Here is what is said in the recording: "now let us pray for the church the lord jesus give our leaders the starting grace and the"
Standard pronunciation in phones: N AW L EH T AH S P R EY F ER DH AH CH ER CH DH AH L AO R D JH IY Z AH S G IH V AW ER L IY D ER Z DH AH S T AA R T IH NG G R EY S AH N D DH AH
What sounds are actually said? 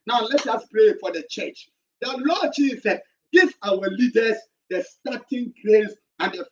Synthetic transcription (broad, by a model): N AW L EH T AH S P R EY F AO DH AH CH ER CH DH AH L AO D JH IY S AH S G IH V AW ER L IY D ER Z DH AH S T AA T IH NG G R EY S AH N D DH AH